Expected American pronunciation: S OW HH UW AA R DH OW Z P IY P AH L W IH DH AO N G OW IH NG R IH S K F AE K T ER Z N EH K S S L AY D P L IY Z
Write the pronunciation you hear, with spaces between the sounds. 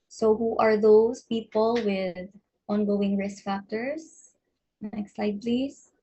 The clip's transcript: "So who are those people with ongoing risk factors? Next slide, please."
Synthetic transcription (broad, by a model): S OW HH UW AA R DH OW S P IY P AH L W IH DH AO N G OW IH NG R IH S K F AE K T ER S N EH K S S L AY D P L IY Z